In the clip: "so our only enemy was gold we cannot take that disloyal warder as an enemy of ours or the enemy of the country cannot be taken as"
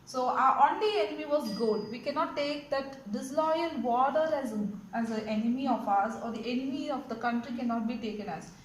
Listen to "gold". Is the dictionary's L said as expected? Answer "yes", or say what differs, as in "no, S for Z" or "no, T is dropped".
no, L is dropped